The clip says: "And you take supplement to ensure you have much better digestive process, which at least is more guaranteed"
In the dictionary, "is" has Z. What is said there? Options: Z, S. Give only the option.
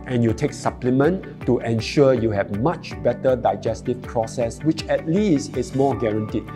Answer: S